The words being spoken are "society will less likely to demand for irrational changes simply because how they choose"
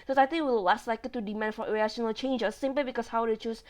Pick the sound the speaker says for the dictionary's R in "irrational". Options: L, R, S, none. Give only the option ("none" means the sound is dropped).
none